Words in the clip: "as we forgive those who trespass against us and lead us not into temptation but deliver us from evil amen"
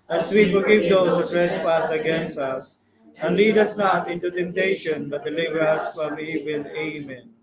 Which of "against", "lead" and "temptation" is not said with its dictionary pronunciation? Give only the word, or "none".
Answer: none